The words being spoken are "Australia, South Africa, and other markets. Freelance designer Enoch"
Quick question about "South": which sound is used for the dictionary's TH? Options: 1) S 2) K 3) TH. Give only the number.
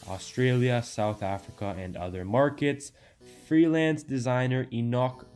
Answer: 3